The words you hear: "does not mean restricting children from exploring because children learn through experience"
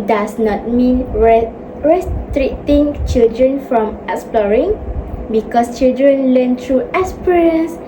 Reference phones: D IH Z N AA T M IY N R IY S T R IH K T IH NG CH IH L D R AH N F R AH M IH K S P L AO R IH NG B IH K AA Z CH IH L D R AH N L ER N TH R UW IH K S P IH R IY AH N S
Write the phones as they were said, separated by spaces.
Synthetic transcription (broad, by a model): D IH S N AA T M IY N R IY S T R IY T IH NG CH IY L D R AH N F R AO M IH K S P L AO R IH NG B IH K AA S CH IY L D R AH N L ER N T R UW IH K S P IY R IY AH N S